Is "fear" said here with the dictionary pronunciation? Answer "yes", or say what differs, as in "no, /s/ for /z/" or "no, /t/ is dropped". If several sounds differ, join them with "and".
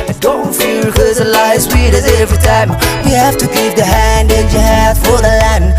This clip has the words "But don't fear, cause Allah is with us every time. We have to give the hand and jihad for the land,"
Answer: no, /l/ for /ɹ/